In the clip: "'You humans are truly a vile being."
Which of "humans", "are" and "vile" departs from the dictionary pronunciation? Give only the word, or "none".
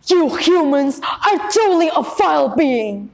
vile